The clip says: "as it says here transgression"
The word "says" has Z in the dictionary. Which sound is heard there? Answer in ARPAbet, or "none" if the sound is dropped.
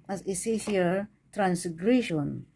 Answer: none